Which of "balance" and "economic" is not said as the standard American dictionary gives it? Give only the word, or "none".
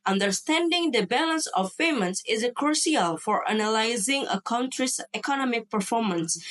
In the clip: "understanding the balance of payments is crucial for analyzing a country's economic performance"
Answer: none